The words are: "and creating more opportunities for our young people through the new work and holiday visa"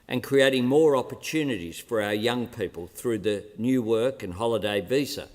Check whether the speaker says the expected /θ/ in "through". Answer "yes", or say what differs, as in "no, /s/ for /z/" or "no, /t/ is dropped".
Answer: yes